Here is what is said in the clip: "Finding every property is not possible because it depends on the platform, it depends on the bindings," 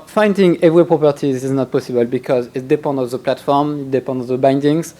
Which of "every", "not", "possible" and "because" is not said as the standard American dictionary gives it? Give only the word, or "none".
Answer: none